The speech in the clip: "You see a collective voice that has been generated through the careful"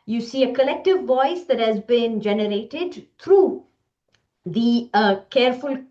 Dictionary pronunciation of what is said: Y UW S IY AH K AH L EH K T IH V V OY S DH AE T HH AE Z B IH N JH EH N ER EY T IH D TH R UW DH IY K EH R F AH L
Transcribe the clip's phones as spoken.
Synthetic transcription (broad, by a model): Y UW S IY AH K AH L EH K T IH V V OY S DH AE T HH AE Z B IH N JH EH N ER EY T IH D T R UW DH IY K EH R F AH L